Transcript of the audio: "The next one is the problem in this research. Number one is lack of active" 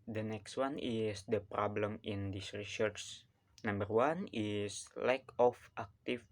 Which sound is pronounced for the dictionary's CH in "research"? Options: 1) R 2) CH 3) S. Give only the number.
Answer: 3